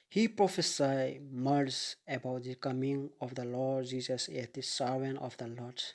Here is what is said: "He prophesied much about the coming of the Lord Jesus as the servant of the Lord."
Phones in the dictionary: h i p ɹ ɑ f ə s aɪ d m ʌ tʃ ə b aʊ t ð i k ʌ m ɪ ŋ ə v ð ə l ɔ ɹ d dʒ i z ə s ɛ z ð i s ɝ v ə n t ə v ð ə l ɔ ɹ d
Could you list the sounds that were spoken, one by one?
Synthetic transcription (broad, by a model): h i p ɹ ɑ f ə s aɪ m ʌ s ə b aʊ t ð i k ʌ m ɪ ŋ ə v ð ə l ɔ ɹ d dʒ i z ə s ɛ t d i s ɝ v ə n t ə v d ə l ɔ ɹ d